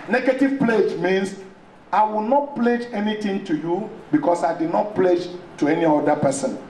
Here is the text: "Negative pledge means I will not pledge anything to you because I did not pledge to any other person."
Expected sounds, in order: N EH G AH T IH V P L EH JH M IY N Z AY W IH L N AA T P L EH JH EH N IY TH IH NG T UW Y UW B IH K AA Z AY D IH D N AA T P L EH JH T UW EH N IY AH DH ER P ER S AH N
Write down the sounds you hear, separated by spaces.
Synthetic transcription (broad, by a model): N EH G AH T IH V P L EH JH M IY N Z AY W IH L N AA T P L EH JH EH N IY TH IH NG T UW Y UW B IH K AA S AY D IH D N AA T P L EH JH T UW EH N IY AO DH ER P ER S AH N